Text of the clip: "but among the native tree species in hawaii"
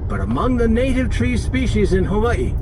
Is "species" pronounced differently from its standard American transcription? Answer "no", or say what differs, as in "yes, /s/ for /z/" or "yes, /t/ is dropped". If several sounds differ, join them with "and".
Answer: no